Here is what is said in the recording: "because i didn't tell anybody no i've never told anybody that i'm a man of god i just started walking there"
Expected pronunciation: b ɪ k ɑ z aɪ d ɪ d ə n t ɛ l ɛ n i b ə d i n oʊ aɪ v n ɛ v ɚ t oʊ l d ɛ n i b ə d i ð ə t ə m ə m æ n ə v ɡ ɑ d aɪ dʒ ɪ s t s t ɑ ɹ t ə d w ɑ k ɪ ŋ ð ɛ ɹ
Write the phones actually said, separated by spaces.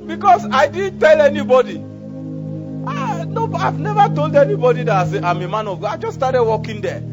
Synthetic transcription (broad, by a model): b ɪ k ɑ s aɪ d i d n t ɛ l ɛ n i b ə d i n oʊ aɪ v n ɛ v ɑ t oʊ l d ɛ n i b ə d i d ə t ə m ə m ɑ n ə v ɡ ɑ aɪ dʒ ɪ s s t ɑ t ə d w ɑ k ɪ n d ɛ